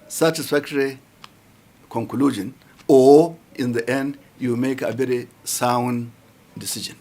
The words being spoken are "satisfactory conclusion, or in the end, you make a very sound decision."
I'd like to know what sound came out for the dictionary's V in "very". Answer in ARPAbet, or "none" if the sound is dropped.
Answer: B